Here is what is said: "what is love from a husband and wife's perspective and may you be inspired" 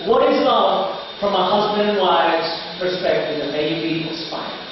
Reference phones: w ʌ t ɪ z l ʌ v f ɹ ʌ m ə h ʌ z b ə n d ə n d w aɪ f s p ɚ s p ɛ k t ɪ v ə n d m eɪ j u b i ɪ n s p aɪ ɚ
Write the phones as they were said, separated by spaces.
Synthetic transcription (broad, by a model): w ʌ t ɪ z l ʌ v f ɹ ʌ m ə h ʌ z b ə n d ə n w aɪ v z p ɚ s p ɛ k t ɪ v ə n m eɪ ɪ b i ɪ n s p aɪ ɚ